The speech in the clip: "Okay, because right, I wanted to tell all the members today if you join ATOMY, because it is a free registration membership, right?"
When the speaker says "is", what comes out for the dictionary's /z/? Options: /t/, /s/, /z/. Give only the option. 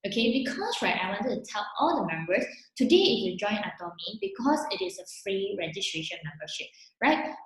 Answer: /s/